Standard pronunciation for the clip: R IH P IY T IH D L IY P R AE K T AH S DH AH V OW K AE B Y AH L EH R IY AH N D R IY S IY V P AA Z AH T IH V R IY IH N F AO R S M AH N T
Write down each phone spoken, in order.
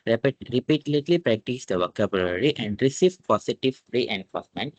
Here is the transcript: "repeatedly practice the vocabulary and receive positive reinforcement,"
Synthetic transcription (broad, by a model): R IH P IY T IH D L IY P R AE K T AH S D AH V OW K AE B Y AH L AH R IY AH N D R IY S IY V P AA S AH T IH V R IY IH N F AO R S M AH N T